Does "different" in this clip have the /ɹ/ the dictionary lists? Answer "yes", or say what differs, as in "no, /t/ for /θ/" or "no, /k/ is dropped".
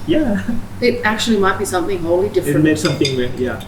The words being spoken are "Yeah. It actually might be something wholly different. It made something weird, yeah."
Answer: no, /ɹ/ is dropped